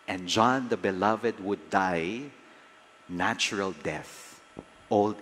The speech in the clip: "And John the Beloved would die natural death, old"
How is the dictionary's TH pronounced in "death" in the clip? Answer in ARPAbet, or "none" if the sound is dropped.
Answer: TH